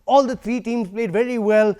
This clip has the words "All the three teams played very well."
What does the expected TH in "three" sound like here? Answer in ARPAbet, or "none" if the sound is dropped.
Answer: T